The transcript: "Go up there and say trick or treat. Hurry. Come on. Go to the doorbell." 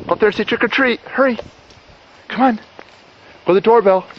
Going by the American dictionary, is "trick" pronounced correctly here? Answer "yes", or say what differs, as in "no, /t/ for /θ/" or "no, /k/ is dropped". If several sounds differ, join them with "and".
yes